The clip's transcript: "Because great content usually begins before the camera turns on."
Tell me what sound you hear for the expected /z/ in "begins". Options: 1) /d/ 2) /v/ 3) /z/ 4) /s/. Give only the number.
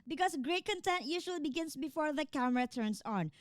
4